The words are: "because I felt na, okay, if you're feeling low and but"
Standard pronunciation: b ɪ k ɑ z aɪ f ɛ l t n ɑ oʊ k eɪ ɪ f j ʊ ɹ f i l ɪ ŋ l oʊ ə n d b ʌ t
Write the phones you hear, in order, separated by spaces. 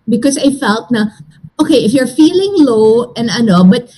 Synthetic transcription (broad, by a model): b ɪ k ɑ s aɪ f ɛ l t n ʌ oʊ k eɪ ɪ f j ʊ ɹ f i l ɪ ŋ l oʊ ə n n b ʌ t